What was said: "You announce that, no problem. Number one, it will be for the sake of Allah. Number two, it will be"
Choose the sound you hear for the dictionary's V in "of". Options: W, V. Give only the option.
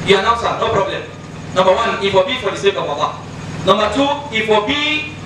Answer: W